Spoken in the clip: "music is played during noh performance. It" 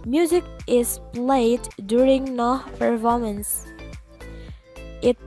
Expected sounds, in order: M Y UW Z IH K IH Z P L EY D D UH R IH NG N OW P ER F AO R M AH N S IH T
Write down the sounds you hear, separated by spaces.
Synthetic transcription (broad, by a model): M Y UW Z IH K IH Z P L EY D D UH R IH NG N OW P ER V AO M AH N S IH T